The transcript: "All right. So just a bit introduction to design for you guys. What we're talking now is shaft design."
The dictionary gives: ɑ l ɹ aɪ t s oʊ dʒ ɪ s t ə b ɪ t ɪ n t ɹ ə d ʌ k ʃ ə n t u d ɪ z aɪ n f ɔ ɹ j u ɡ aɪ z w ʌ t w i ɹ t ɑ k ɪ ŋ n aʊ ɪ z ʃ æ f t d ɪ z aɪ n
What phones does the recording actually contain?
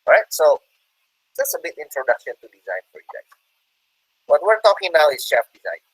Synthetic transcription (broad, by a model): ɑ ɹ aɪ t s oʊ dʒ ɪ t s ə b ɪ t ɪ n t ɹ ə d ʌ k ʃ ə n t u d ɪ z aɪ n f ɔ ɹ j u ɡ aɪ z w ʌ t w i ɹ t ɑ k ɪ ŋ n aʊ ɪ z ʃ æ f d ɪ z aɪ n